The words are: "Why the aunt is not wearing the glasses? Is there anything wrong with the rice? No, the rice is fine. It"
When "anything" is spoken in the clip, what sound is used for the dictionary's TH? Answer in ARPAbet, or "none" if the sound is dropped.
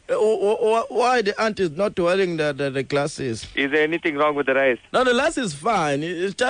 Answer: T